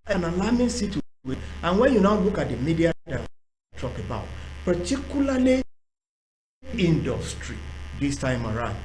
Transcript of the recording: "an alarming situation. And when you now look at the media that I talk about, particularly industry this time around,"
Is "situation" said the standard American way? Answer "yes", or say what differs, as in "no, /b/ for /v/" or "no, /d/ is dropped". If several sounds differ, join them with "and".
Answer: no, /n/ is dropped